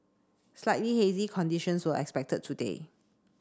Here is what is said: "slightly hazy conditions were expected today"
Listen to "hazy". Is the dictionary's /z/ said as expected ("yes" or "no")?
yes